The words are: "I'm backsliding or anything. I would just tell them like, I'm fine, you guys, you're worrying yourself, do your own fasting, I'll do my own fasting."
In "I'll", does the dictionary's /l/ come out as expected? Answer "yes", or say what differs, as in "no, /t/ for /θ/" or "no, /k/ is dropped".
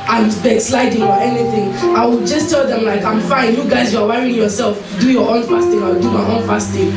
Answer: no, /w/ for /l/